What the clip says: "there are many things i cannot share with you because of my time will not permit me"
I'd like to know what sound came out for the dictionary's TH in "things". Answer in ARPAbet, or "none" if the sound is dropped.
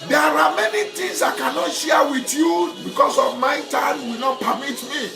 T